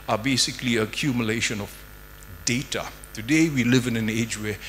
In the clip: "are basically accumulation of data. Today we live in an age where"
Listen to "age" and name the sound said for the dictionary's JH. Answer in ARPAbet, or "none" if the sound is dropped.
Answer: JH